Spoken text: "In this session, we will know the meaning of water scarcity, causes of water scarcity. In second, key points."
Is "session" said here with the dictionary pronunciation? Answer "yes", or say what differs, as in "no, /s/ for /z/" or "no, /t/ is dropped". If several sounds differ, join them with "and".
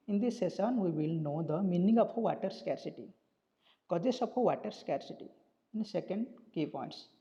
no, /s/ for /ʃ/